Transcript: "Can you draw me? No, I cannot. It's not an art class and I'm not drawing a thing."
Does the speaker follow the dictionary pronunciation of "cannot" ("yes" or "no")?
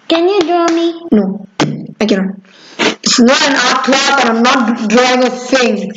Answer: no